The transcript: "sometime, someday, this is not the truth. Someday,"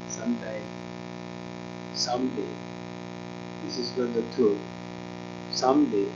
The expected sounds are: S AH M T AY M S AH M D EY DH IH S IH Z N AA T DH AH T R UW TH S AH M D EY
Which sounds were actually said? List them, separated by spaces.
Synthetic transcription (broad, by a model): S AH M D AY S AH M D EY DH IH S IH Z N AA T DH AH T UW S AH M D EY